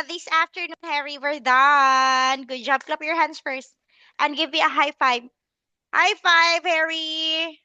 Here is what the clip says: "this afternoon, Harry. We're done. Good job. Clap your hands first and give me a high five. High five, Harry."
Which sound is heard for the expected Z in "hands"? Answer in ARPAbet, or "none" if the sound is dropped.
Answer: S